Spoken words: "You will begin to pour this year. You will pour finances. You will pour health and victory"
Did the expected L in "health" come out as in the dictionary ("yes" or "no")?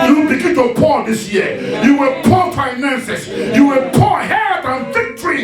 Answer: no